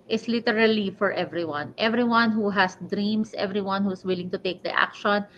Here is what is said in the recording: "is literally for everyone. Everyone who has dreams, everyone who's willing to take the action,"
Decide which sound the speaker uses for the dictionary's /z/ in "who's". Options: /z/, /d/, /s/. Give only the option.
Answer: /s/